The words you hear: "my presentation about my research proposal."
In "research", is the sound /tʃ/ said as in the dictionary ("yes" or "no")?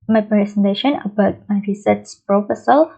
no